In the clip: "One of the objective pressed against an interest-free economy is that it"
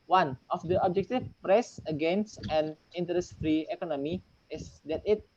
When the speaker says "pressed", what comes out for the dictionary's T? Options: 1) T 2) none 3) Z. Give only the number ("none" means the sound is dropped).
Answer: 2